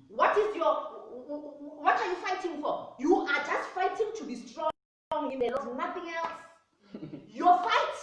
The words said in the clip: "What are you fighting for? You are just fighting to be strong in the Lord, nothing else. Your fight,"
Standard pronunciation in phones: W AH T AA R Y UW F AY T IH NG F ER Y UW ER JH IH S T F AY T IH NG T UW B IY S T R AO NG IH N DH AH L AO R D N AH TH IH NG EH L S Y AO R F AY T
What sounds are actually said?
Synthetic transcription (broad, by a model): W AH T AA W Y UW F AY T IH NG F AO Y UW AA JH IH S T F AY T IH NG T UW B IY S T R AO NG IH N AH N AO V N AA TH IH NG EH L S Y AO F AY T